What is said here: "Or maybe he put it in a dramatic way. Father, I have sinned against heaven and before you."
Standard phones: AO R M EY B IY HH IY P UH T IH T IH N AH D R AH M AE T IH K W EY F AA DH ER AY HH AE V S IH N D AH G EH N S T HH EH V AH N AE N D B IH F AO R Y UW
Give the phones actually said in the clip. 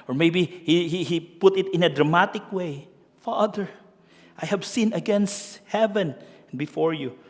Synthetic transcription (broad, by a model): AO R M EY B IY HH IY P UH T IH T IH N AH D R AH M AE T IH K W EY F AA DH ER AY HH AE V S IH N AH G EH N S T HH EH V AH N N B IH F AO R Y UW